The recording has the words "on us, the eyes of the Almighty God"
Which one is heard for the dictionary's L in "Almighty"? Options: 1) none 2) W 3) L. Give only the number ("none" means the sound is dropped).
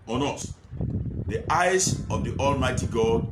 3